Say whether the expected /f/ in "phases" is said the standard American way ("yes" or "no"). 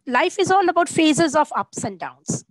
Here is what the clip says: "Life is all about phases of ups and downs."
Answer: yes